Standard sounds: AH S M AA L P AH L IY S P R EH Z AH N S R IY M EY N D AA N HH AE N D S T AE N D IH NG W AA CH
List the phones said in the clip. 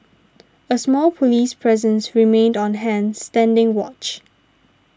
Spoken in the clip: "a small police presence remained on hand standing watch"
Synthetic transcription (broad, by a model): AH S M AA L P AH L IY S P R EH Z AH N S R IY M EY N D AA N HH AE N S T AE N D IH NG W AA CH